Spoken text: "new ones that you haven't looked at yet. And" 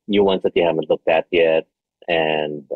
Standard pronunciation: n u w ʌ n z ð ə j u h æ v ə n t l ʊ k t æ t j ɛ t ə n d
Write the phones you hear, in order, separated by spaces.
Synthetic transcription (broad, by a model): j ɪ w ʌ n s ð ə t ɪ h æ v ə n t l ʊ k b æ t j ɛ t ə n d